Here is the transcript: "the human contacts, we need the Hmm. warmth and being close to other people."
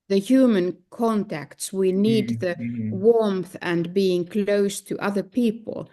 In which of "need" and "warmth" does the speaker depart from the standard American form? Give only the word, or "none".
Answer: none